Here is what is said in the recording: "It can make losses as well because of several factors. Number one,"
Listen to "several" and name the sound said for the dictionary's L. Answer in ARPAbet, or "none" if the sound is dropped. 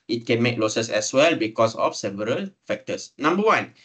L